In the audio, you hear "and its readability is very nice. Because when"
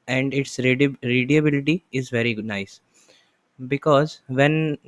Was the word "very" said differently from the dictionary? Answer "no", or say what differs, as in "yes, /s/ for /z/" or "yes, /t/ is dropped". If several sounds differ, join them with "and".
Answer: no